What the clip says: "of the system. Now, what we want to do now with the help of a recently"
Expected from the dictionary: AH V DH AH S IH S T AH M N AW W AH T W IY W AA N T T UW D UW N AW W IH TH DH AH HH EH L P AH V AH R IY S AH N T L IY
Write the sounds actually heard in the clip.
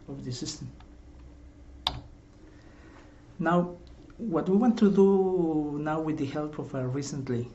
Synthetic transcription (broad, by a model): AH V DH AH S IH S T AH M N AW W AH T W IY W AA N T T UW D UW N AW W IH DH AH HH EH L P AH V AH R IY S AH N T L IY